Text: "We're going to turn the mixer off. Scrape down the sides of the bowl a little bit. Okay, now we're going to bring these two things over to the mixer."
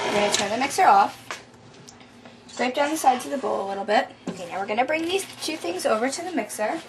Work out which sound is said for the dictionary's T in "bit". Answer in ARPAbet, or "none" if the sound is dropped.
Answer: T